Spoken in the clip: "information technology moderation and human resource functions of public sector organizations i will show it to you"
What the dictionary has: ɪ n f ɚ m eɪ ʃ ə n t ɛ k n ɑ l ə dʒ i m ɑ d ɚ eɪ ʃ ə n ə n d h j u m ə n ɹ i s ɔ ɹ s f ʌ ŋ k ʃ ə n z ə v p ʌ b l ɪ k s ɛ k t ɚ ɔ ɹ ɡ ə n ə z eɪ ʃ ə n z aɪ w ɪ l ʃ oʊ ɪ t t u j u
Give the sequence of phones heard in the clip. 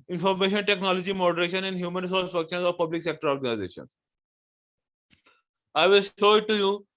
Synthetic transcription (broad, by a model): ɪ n f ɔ m eɪ ʃ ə n t ɛ k n ɑ l ə dʒ i m ɑ d ɚ eɪ ʃ ə n ə n d h j u m ə n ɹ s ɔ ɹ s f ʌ k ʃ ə n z ə v p ʌ b l ɪ k s ɛ k t ɚ ɔ ɹ ɡ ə n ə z eɪ ʃ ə n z aɪ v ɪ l ʃ oʊ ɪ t t u j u